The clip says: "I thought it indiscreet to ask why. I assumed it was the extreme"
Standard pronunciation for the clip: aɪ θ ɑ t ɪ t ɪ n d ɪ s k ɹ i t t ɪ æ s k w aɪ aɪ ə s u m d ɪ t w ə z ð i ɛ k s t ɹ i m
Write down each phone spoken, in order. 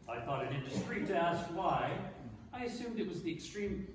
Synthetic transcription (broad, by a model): aɪ θ ɑ t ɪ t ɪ n d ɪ s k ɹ i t t ɪ æ s k w aɪ aɪ ə s u m d ɪ t w ə z ð i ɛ k s t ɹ i m